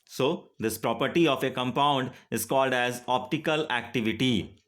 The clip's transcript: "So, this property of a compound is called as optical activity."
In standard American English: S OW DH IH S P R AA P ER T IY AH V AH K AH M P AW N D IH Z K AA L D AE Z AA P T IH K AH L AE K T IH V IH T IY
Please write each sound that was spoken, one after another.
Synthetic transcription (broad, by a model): S OW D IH S P R AA P ER T IY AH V AH K AH M P AW N D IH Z K AA L D AE Z AA P T IH K AH L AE K T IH V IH T IY